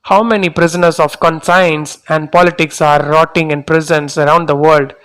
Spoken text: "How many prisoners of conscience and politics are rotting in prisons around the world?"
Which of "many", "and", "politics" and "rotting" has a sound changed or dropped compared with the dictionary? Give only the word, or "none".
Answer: none